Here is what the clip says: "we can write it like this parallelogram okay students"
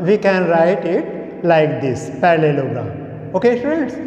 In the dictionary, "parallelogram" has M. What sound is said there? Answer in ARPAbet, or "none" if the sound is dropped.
none